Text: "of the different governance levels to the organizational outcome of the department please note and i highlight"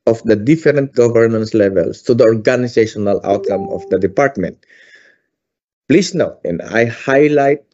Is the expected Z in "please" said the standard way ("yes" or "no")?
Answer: no